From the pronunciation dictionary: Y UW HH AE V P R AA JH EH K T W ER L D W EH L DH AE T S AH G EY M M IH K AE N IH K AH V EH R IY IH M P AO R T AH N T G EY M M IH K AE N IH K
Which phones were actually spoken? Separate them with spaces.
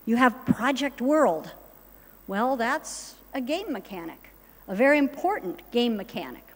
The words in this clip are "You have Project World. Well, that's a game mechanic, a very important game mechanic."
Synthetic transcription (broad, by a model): Y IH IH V P R AA JH EH K T W ER L D W EH L DH AE T S AH G EY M M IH K AE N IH K AH V EH R IY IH M P AO R T N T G EY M M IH K AE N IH K